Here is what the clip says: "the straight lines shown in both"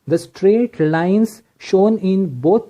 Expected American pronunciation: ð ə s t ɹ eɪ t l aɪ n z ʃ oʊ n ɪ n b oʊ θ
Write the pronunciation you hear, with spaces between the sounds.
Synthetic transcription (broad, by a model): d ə s t ɹ eɪ t l aɪ n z ʃ oʊ n ɪ n b oʊ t